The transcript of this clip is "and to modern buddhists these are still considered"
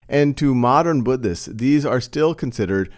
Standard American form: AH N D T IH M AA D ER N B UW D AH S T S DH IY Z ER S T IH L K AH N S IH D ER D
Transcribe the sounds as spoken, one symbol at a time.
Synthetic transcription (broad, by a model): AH N T IH M AA D ER N B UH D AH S S DH IY Z ER S T IH L K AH N S IH D ER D